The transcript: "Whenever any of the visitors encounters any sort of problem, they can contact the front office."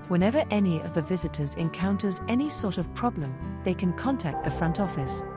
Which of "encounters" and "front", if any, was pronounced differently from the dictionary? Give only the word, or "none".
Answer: none